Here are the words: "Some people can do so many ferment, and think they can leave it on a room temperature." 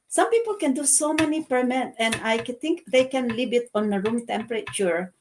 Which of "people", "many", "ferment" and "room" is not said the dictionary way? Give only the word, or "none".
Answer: ferment